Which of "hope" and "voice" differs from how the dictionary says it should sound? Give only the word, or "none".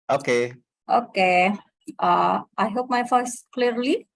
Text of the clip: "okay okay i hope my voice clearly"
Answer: voice